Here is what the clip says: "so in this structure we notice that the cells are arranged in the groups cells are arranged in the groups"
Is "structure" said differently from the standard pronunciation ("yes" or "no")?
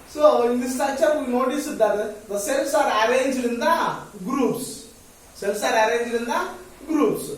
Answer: yes